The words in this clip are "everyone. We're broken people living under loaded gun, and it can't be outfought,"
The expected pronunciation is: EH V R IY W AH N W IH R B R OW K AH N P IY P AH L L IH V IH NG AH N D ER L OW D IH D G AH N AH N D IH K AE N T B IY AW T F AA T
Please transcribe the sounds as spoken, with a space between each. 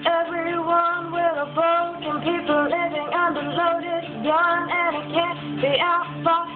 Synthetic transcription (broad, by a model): EH V R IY W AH N W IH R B OW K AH N P IY P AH L L IH V IH NG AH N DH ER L OW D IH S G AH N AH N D IH K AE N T B IY AW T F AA